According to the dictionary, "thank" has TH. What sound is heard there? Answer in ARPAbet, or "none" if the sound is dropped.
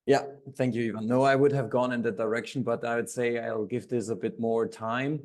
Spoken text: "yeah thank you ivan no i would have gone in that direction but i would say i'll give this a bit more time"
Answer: TH